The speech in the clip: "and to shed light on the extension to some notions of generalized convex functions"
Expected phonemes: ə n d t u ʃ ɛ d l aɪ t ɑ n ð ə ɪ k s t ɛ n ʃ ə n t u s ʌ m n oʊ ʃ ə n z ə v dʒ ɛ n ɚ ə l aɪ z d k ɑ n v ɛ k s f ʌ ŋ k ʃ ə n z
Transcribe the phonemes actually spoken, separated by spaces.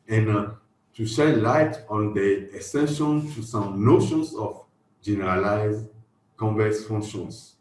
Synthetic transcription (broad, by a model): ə n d t u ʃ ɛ l aɪ t ɑ n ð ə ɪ s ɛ n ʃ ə n t u s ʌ m n oʊ ʃ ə n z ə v dʒ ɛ n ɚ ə l aɪ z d k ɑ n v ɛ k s f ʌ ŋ k ʃ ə n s